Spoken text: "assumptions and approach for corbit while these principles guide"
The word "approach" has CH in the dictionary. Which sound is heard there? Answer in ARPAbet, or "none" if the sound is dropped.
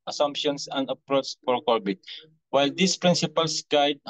S